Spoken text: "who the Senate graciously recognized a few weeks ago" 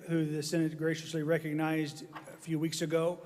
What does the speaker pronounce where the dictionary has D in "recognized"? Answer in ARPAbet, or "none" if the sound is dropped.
D